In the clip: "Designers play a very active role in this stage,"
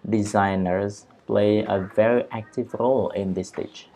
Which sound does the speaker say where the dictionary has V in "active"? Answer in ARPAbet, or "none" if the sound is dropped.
V